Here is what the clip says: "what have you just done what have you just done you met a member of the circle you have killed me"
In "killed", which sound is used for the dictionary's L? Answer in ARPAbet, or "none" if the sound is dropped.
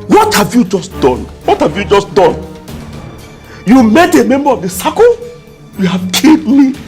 none